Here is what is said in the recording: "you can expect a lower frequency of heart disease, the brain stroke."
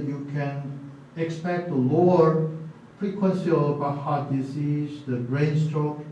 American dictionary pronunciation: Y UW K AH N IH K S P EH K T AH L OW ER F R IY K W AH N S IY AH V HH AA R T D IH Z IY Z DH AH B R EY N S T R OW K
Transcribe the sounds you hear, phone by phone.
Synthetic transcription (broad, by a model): Y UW K AH N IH K S P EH K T AH L OW ER F R IY K W AH N S IY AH B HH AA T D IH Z IY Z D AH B R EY N S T R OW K